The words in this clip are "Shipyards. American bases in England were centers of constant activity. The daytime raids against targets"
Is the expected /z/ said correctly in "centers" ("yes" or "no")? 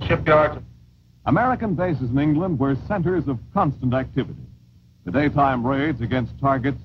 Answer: yes